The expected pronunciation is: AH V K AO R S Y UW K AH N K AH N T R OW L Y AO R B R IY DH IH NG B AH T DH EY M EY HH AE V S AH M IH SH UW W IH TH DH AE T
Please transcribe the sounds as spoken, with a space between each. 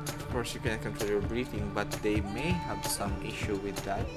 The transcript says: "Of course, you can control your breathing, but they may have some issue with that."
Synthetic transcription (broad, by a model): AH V K AO R S Y UW K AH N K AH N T OW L Y AO R B R IY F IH NG B AH T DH EY M EY HH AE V S AH M IH SH UW W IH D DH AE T